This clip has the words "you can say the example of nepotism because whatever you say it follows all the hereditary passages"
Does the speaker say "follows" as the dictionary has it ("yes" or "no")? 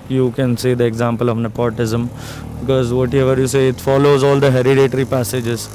yes